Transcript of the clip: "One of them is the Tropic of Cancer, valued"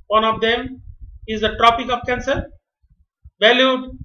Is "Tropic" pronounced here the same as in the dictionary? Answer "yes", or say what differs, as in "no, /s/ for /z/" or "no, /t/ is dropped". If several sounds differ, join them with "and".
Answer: yes